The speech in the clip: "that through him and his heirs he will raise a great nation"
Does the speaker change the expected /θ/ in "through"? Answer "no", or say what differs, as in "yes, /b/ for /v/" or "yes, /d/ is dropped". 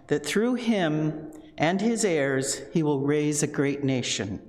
no